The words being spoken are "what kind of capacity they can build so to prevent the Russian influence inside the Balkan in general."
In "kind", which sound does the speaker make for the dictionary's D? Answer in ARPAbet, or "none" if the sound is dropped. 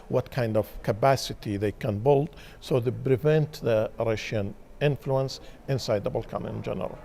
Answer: D